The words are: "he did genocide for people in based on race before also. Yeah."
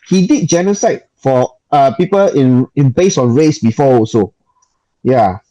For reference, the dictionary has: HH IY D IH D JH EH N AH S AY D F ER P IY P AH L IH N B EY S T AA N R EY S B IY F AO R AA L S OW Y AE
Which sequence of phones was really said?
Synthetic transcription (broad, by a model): HH IY D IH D JH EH N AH S AY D F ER P IY P AH L IH N B EY S AA N R EY S B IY F AO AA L S OW Y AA